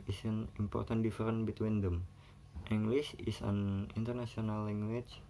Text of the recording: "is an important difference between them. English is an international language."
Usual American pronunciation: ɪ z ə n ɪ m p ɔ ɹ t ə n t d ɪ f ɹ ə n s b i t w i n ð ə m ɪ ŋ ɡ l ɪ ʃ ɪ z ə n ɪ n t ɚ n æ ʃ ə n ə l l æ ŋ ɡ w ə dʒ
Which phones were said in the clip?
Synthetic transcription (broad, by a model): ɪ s ə n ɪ m p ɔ ɹ t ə n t d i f ɹ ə n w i t w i n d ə m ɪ ŋ ɡ l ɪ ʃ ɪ s ə n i n t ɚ n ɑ s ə n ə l l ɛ ŋ ɡ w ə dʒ